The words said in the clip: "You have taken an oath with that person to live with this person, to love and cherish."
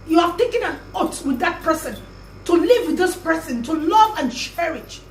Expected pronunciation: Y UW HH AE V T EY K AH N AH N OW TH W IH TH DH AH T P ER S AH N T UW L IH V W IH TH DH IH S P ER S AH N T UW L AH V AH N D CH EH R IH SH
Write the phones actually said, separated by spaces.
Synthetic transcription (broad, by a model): Y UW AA T EY K AH N AH N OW T W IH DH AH T P ER S AH N T UW L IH V W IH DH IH S P ER S AH N T UW L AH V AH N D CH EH R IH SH